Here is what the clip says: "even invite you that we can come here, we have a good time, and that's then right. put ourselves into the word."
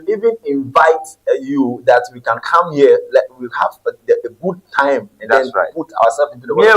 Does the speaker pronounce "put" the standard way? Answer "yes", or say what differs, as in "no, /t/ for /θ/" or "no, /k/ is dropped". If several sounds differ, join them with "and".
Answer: no, /t/ is dropped